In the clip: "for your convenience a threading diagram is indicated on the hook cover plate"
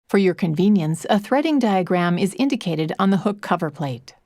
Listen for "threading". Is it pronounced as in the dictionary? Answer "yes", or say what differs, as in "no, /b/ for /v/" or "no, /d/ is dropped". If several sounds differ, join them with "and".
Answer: yes